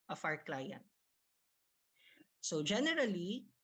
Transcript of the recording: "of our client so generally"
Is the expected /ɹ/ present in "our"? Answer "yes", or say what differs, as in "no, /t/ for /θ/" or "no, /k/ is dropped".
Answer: yes